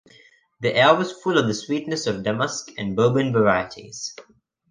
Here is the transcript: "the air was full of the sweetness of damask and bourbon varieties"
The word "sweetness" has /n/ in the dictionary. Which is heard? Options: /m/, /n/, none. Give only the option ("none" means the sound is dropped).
/n/